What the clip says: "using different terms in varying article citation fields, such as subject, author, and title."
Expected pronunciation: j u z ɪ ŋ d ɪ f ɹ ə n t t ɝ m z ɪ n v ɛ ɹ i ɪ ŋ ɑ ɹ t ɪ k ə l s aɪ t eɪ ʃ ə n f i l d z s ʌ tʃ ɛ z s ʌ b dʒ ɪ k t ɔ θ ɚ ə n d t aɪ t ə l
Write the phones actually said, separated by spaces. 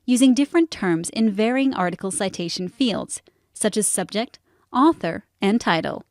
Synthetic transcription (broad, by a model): j u z ɪ ŋ d ɪ f ɹ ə n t t ɝ m z ɪ n v ɛ ɹ i ɪ ŋ ɑ ɹ t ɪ k l s aɪ t eɪ ʃ n f i l d z s ʌ tʃ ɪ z s ʌ b dʒ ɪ k t ɔ θ ɚ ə n t aɪ t l